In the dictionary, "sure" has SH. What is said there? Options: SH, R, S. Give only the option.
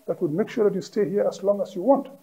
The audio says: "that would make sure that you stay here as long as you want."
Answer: SH